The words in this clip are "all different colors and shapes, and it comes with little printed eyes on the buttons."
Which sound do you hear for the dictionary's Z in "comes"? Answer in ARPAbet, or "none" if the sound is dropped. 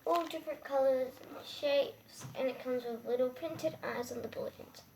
Z